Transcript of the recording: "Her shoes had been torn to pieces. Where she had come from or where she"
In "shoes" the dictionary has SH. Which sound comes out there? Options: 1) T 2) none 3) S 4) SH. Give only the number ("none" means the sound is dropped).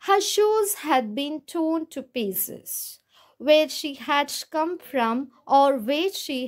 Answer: 4